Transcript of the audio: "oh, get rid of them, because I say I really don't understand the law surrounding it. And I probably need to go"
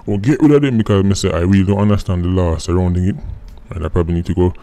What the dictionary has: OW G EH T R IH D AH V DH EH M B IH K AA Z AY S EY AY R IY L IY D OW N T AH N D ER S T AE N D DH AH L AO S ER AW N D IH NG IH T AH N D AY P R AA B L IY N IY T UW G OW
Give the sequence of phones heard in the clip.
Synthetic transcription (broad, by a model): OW G EH T W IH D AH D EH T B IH K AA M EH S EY AY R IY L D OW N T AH N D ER S T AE N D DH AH L AO S ER AW N D IH NG IH T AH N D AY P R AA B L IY N IY T UW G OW